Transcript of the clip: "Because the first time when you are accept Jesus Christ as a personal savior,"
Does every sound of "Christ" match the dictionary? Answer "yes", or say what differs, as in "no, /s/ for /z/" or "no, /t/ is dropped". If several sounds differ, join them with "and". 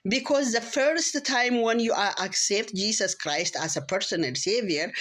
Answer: yes